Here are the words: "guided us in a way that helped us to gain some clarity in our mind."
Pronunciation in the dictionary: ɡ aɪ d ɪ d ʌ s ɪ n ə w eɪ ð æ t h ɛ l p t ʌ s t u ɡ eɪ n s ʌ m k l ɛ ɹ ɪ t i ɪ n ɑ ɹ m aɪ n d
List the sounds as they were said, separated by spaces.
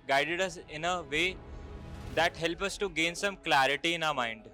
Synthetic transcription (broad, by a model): ɡ aɪ d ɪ d ʌ s ɪ n ə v eɪ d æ t h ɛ l p ʌ s t u ɡ eɪ n s ʌ m k l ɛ ɹ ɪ t i ɪ n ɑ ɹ m aɪ n d